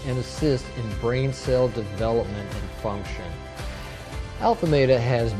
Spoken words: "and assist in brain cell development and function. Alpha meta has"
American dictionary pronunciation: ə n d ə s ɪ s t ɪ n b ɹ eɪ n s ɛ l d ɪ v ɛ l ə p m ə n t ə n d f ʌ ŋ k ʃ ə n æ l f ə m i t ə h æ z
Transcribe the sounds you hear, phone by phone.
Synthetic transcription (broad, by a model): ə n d ə s ɪ s t ɪ n b ɹ eɪ n s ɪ l d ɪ v ɛ l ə p m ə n t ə n f ʌ ŋ k ʃ ə n æ l f ə m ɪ t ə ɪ z